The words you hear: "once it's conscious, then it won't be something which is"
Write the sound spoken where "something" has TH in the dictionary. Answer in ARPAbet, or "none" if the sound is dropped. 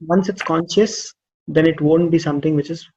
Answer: T